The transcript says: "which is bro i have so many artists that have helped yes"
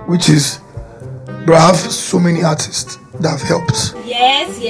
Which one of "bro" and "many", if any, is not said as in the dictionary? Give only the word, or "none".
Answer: bro